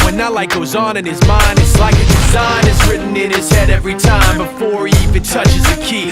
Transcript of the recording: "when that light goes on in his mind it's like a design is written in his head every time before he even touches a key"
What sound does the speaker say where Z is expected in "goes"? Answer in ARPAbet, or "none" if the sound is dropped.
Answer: Z